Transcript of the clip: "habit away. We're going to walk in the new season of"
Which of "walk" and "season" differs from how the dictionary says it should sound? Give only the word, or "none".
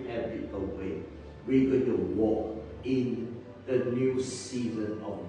none